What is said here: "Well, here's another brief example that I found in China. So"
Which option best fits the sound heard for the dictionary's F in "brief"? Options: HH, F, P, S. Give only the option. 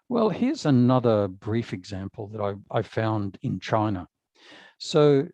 F